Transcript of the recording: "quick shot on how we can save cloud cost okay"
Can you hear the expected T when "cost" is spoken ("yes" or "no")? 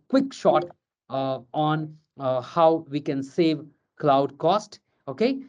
yes